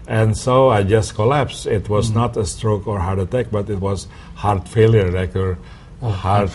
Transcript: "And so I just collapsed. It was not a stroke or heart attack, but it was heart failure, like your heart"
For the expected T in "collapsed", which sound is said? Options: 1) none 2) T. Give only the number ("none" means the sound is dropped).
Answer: 1